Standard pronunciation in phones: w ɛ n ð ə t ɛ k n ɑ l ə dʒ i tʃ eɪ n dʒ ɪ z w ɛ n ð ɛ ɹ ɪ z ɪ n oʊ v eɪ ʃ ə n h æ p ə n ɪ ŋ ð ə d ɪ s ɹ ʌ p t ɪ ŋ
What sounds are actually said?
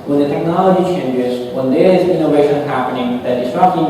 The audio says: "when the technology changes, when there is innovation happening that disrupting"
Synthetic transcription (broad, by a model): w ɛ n ð ə t ɛ k n ɑ l ə dʒ i tʃ eɪ n dʒ ɪ z w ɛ n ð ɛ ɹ ɪ z ɪ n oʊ v eɪ ʃ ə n h æ p ə n ɪ ŋ ð ə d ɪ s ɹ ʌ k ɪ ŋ